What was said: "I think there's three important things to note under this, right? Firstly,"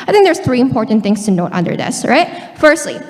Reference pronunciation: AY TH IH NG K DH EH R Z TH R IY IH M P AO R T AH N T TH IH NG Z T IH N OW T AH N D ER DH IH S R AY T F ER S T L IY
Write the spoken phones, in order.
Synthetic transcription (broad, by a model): AY TH IH NG K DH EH R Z TH R IY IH M P AO R T N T TH IH NG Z T IH N OW T AH N D ER DH IH S R AY T F ER S T L IY